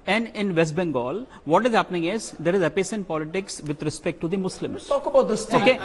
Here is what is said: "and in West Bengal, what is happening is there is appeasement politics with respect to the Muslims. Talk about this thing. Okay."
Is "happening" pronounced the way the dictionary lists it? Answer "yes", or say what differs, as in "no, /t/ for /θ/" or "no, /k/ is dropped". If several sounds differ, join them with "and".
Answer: yes